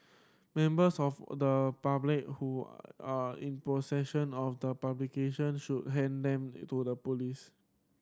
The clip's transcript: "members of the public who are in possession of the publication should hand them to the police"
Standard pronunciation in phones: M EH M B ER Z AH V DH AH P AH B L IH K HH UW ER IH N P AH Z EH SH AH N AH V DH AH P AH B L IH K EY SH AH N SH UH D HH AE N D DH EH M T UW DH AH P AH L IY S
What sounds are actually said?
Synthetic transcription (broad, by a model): M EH M B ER S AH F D AH P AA B L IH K HH UW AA IH N P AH S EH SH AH N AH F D AH P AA B L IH K EY SH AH N SH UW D HH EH N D EH M T UW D AH P AH L IY S